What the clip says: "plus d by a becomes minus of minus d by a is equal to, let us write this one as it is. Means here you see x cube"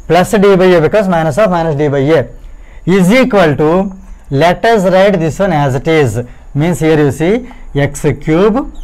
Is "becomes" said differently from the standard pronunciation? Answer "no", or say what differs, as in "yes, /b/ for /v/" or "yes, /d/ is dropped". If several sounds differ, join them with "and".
yes, /m/ is dropped